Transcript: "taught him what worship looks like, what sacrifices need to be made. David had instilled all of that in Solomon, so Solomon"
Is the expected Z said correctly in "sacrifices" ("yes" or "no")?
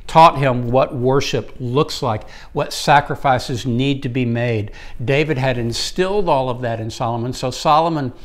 yes